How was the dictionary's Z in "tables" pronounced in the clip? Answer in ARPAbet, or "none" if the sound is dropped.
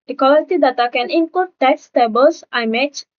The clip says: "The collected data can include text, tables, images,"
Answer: S